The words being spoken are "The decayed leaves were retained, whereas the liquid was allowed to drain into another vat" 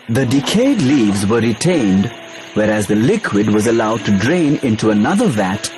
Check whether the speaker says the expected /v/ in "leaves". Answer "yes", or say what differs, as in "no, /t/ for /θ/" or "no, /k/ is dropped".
yes